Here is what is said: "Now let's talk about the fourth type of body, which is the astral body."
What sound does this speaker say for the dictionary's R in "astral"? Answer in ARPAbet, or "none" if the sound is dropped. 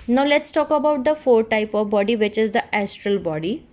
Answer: R